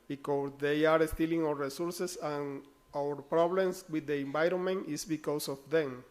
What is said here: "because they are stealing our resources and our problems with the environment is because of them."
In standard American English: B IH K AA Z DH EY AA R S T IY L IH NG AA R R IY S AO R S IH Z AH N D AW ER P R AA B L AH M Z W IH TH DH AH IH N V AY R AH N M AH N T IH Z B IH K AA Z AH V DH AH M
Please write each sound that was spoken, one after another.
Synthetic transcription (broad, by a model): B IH K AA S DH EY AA R S T IY L IH NG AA W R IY S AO R S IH S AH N AW ER P R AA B L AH M S W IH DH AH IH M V AY R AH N M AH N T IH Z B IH K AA S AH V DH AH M